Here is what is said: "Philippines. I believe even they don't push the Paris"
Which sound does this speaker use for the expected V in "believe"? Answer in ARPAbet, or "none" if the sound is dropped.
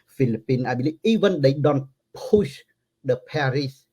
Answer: none